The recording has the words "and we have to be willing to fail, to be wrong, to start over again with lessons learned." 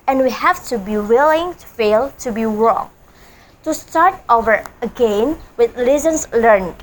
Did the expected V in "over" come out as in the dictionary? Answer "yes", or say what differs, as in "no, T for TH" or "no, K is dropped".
yes